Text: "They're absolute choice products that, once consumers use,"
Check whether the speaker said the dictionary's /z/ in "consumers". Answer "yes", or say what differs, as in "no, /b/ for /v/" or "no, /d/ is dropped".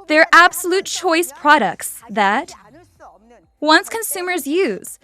yes